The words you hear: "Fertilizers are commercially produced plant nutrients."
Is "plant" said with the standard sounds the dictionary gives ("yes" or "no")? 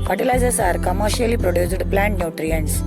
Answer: yes